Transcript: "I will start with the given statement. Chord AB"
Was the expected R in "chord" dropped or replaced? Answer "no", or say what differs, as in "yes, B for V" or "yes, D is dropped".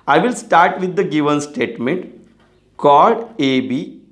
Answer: yes, L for R